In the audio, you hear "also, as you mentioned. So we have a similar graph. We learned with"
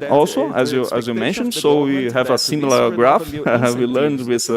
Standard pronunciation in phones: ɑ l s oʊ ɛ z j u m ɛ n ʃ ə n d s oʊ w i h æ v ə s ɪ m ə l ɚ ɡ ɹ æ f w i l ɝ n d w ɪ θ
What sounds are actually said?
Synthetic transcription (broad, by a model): ɑ l s oʊ ɛ z j u m ɛ n ʃ ə n d s oʊ w i h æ v ə s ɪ m l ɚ ɡ ɹ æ f w i l ɝ n d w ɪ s